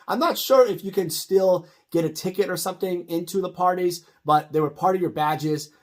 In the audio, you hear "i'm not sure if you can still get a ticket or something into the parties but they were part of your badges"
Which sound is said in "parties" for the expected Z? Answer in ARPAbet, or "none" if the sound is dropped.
Z